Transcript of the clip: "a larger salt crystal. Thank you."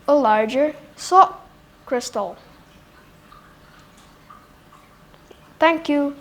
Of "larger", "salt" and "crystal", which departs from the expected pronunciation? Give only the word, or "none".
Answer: salt